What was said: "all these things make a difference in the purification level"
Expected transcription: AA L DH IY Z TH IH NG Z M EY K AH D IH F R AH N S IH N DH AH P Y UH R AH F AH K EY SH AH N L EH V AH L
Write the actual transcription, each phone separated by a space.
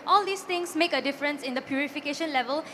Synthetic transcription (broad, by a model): AA L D IY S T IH NG S M EY K AH D IH F R AH N S IH N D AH P Y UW R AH F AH K EY SH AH N L EH V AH L